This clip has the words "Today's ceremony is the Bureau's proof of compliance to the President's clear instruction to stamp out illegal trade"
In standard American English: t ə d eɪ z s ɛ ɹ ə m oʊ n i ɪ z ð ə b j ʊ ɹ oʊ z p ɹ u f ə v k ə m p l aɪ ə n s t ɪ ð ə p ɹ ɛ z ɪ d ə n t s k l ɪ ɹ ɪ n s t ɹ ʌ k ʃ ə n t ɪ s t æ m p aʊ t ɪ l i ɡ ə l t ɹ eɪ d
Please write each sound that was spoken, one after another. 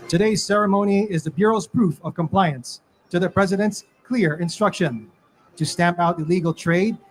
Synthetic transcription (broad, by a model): t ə d eɪ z s ɛ ɹ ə m oʊ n i ɪ z ð ə b j ʊ ɹ oʊ z p ɹ u f ə v k ə m p l aɪ ə n s t ɪ ð ə p ɹ ɛ z ɪ d ə n t s k l ɪ ɹ ɪ n s t ɹ ʌ k ʃ ə n t ɪ s t æ m p aʊ t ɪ l i ɡ l t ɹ eɪ d